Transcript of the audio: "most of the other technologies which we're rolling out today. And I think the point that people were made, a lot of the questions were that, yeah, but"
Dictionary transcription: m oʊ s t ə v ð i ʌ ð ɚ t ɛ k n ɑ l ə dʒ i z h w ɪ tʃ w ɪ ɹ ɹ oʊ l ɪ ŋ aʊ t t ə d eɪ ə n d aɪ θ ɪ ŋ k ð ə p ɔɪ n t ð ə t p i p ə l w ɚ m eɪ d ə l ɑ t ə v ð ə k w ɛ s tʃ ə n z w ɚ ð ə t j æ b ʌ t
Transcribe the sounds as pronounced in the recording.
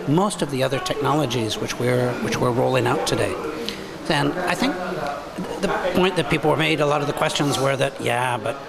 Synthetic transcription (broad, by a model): m oʊ s t ə v ð i ʌ ð ɚ t ɛ k n ɑ l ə dʒ i z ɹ w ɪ tʃ w ɪ ɹ ɹ oʊ l ɪ ŋ aʊ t t ə d eɪ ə n aɪ θ ɪ ŋ k ð ə p ɔɪ n ð ə t p i p l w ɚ m eɪ d ə l ɑ t ə v ð ə k w ɛ s tʃ ə n z w ɚ ð ə t j æ b ʌ t